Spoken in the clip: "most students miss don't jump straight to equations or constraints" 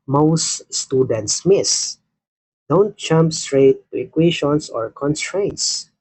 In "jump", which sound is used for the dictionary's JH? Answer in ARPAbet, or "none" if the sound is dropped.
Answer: CH